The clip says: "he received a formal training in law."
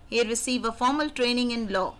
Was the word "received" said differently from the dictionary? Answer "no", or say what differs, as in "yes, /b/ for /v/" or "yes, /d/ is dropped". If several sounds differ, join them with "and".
yes, /d/ is dropped